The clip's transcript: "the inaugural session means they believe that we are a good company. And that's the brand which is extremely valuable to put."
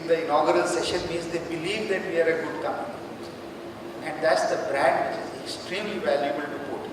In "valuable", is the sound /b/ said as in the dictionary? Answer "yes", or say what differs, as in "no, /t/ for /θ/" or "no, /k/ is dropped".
yes